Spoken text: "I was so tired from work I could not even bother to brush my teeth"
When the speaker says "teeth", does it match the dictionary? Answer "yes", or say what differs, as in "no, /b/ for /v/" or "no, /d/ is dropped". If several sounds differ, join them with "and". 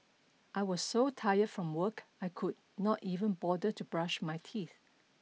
yes